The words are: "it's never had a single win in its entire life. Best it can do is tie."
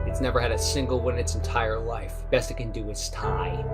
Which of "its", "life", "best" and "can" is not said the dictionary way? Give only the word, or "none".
none